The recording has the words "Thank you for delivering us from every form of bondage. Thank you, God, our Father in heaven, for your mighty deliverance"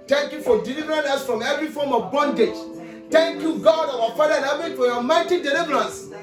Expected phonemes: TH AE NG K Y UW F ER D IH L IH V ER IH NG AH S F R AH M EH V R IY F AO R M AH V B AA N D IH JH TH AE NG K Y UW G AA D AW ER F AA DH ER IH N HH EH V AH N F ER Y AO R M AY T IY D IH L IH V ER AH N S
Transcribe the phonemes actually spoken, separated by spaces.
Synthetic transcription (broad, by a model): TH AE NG K Y UW F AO D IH L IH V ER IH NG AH S F R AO M EH V R IY F AO M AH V B AA N D IH JH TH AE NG K Y UW G AA D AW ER F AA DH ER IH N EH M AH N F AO Y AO M AY T IY D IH L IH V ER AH N S